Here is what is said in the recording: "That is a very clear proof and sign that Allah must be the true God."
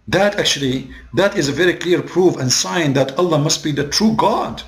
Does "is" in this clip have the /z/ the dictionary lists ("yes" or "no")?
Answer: yes